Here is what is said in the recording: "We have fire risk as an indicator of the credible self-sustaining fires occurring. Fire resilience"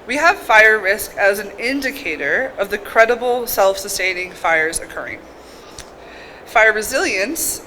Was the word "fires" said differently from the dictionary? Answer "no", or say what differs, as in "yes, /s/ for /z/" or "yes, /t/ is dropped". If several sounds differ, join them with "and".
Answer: no